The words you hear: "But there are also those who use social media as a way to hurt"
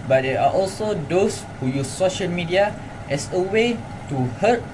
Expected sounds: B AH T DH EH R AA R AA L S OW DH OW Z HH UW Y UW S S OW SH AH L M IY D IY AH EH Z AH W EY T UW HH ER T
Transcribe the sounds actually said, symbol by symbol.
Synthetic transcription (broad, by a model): B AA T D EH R AA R AA L S OW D OW S HH UW Y UW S S OW SH AH L M IY D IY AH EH S AH W EY T UW HH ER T